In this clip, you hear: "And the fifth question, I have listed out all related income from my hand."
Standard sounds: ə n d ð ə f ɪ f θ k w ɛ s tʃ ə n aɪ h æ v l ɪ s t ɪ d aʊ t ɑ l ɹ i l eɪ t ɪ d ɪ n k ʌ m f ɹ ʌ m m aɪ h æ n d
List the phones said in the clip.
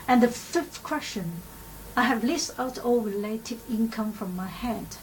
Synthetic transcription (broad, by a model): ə n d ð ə f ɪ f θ k w ɛ s tʃ ə n aɪ h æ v l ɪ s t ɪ ʊ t ɑ l ɹ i l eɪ t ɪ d ɪ n k ʌ m f ɹ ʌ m m aɪ h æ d